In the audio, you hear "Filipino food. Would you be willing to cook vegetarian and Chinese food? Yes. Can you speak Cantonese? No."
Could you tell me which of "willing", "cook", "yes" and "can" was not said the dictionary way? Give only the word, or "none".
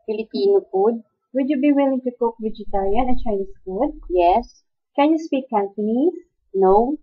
none